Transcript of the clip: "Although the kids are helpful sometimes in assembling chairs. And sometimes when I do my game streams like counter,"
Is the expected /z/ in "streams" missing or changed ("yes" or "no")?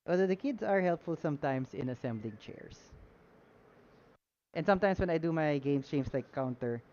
yes